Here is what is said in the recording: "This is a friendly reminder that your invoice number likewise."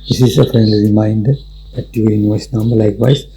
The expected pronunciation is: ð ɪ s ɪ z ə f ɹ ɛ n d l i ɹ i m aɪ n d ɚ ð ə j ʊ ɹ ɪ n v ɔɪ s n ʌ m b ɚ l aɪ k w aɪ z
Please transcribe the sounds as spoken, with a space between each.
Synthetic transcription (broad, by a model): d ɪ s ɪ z ə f ɹ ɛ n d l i ɹ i m aɪ n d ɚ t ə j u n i v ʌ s n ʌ m b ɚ l aɪ k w aɪ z